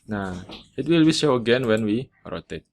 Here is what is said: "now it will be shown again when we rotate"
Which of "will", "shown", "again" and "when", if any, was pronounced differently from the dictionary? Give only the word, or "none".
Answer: shown